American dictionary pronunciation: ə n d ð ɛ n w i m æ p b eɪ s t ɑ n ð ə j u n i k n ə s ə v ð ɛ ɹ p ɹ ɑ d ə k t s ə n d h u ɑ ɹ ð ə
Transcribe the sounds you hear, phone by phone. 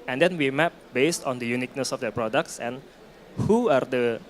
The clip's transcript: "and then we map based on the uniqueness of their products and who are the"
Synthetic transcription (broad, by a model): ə n d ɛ n w i m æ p b eɪ s t ɑ n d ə j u n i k n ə s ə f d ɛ p ɹ ɑ d ə k t s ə n h u ɑ ɹ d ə